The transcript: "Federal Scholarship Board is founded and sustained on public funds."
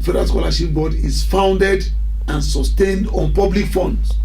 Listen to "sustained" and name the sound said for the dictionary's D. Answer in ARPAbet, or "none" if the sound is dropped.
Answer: D